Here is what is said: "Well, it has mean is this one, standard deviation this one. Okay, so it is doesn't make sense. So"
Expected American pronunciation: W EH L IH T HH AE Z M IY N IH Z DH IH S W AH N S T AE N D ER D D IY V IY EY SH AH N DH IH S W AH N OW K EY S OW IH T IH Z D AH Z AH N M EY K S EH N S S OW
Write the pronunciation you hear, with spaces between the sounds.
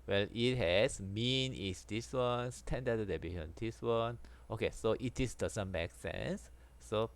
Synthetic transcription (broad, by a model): W EH L IH T HH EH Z M IY N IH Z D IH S W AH N S T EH N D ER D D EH B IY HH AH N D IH S W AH N OW K EY S OW IH T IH S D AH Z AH N M EY K S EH N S S OW